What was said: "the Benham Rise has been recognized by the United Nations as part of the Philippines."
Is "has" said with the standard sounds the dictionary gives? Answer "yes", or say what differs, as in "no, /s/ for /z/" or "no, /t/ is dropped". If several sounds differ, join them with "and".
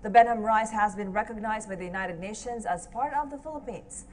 yes